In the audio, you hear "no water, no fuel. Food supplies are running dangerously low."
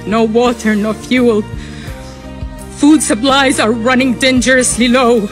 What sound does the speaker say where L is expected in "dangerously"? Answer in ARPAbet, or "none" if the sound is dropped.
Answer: L